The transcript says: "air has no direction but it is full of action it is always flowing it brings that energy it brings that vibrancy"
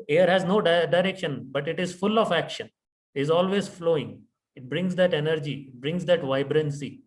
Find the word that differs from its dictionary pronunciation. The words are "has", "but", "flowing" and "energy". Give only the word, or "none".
none